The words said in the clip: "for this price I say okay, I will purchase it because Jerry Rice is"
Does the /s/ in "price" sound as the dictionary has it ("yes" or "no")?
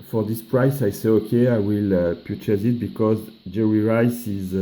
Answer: yes